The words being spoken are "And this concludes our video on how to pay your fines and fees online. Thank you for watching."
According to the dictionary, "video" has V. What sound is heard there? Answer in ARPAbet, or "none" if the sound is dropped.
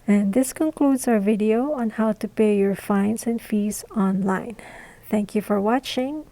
V